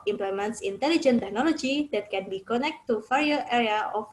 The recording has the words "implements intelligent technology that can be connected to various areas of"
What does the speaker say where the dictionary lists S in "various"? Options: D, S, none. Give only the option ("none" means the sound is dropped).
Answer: none